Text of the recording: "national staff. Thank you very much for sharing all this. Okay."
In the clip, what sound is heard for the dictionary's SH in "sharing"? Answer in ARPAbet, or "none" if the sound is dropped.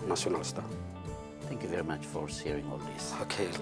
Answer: S